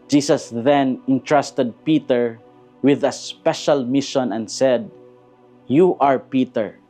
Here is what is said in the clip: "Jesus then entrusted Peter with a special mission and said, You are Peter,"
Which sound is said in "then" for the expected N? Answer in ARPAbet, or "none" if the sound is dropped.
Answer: N